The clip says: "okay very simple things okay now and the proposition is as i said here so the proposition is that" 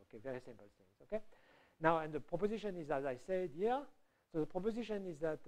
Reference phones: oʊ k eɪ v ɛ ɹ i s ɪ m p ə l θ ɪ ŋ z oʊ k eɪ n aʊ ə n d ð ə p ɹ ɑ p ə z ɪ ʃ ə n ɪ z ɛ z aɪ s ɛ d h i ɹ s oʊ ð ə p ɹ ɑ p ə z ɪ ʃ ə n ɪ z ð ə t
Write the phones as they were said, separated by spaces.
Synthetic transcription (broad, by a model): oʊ k eɪ v ɛ ɹ i s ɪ m p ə l s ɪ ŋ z oʊ k eɪ n aʊ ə n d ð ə p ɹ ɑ p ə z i ʃ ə n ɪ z ɛ z aɪ s ɛ d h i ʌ s oʊ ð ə p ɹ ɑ p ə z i ʃ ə n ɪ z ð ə t